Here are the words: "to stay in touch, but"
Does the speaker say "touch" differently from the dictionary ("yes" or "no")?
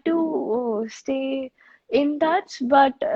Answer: yes